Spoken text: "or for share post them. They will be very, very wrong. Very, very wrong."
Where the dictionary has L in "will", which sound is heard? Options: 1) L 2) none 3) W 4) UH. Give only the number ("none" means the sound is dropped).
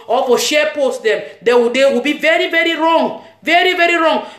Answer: 3